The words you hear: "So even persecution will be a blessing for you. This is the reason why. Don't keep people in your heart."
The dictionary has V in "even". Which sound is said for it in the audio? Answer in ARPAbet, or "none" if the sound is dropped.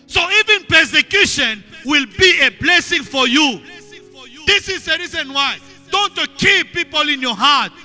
V